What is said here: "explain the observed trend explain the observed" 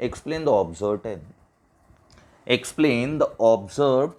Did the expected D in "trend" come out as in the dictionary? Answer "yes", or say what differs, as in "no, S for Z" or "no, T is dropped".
no, D is dropped